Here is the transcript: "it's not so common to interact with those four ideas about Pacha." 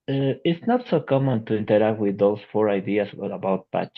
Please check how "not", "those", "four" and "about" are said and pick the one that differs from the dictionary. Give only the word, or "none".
those